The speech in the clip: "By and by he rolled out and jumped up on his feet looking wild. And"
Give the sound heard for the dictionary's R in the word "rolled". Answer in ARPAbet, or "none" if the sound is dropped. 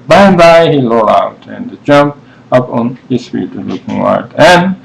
L